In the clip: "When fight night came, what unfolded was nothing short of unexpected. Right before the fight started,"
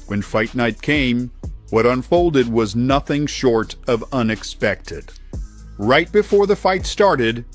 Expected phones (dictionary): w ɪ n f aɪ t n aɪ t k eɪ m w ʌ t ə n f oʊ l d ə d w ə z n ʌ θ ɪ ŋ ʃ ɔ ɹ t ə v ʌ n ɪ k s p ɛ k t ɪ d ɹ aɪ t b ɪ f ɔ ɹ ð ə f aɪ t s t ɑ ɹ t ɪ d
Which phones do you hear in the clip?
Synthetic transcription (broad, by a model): w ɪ n f aɪ t n aɪ t k eɪ m w ʌ t ə n f oʊ l d ə d w ə z n ʌ θ ɪ ŋ ʃ ɔ ɹ t ə v ʌ n ɪ k s p ɛ k t ɪ d ɹ aɪ t b ɪ f ɔ ɹ ð ə f aɪ t s t ɑ ɹ t ɪ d